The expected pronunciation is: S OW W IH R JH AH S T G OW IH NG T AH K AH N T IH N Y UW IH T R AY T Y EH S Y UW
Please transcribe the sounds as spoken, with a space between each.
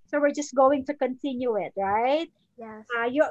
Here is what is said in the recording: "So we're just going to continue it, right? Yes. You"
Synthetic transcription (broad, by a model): S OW W IH R JH AH S T G OW IH NG T AH K AH N T IH N Y UW IH T R AY T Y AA Y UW